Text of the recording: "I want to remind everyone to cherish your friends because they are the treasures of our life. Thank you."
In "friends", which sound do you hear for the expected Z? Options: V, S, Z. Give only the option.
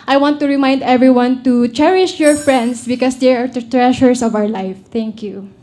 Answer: S